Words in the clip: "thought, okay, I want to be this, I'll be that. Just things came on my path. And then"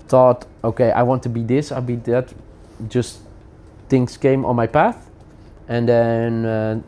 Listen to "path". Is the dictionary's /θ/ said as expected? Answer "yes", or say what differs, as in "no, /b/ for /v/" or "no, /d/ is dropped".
yes